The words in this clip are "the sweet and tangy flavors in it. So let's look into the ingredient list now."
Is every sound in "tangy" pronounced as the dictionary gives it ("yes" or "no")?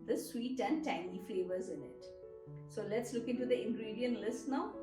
no